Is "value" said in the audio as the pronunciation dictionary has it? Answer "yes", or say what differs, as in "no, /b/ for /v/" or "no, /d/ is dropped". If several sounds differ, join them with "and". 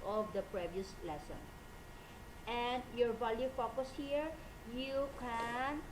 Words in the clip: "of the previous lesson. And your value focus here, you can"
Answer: no, /b/ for /v/